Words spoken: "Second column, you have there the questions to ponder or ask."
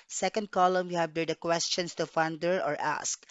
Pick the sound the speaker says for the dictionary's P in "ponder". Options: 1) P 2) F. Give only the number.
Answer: 2